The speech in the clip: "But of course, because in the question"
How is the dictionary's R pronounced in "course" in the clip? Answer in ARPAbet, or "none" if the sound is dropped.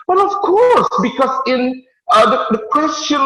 R